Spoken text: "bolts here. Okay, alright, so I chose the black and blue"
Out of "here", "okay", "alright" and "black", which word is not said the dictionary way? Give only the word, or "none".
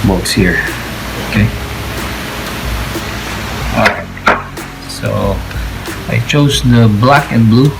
alright